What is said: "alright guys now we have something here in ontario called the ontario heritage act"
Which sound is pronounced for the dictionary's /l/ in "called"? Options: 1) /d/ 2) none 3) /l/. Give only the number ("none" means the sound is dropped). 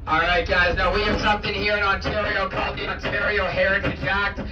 3